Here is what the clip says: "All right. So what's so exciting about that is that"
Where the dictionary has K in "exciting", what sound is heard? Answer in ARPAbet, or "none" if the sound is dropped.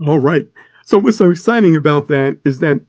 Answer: none